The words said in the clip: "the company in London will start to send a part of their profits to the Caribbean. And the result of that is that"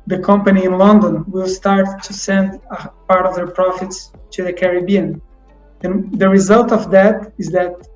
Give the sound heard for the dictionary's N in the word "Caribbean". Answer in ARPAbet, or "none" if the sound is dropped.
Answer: N